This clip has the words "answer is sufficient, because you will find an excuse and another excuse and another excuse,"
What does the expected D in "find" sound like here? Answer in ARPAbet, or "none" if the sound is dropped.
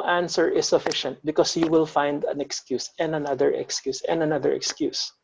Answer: D